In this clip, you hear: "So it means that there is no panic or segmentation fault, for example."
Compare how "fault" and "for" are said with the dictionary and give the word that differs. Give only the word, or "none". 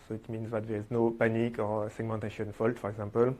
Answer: none